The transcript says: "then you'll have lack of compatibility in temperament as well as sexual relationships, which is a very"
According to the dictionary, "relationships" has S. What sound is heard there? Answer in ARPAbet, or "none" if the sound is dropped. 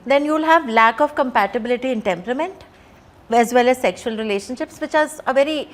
S